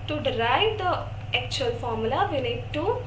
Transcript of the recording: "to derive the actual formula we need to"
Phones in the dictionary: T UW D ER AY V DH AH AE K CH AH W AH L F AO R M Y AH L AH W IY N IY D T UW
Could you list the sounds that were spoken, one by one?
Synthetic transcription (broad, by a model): T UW D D AY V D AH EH K CH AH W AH L F AO R M Y AH L AH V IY N IY D T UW